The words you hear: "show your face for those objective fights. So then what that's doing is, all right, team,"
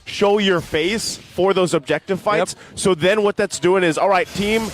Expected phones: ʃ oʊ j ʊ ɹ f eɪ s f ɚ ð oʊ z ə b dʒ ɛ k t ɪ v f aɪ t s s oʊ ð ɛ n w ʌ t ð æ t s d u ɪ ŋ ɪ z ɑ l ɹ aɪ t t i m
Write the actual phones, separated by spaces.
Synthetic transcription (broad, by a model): ʃ oʊ j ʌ ɹ f eɪ s f ɚ ð oʊ z ə b dʒ ɛ k t ɪ v f aɪ t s s oʊ ð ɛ n w ʌ t ð æ t s d u ɪ ŋ ɪ z ɑ l ɹ aɪ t t i m